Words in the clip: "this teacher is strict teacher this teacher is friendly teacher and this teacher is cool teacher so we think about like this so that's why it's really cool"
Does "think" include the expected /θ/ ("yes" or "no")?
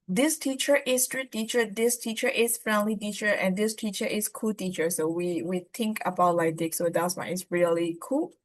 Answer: no